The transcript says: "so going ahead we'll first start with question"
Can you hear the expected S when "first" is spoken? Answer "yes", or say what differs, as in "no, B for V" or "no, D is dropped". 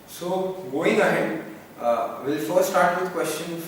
no, S is dropped